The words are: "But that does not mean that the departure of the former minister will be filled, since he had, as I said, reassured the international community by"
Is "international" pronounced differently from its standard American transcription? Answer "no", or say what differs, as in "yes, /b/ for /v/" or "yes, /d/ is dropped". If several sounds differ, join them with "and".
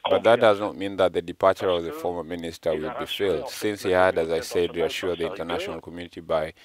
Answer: no